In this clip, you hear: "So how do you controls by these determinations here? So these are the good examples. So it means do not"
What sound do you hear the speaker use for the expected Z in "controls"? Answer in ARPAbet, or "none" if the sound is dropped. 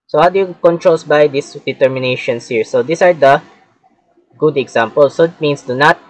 S